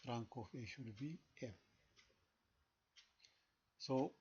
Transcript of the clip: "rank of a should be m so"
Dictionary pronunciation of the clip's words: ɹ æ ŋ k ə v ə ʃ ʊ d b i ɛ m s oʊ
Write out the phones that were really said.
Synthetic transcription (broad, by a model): ɹ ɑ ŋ k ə f ə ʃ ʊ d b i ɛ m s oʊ